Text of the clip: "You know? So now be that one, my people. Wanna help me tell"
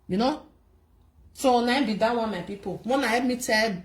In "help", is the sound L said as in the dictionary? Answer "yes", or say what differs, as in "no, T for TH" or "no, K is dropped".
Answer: no, L is dropped